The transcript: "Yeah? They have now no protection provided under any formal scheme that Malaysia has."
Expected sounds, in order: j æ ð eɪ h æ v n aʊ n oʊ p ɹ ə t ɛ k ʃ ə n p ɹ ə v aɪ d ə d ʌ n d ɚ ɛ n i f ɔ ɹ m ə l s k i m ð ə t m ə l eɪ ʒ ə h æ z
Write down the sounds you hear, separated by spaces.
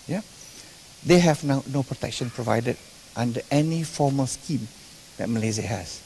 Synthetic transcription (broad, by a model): j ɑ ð eɪ h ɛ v n aʊ n oʊ p ɹ ə t ɛ k ʃ ə n p ɹ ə v aɪ d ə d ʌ n d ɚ ɛ n i f ɔ m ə l s k i m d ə t m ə l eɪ z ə h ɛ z